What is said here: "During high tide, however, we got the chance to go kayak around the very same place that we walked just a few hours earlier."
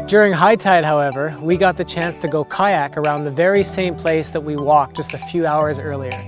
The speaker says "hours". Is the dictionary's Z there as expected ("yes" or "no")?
yes